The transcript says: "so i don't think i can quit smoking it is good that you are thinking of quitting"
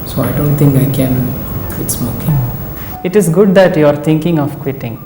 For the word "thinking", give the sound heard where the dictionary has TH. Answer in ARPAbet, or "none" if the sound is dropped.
T